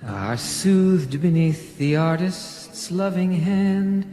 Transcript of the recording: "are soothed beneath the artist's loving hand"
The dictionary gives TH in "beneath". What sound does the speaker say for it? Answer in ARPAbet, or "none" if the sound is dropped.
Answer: TH